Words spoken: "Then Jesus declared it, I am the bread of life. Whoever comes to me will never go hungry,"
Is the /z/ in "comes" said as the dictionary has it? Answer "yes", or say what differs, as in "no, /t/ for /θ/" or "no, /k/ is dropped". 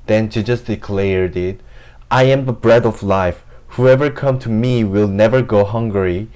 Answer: no, /z/ is dropped